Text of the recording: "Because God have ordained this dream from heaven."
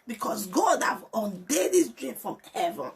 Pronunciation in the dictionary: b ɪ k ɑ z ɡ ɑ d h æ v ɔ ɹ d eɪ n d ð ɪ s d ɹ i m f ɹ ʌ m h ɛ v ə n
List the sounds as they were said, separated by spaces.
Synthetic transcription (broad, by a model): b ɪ k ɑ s ɡ ɑ d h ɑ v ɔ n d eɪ d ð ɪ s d ɹ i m f ɹ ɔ m h ɛ v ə n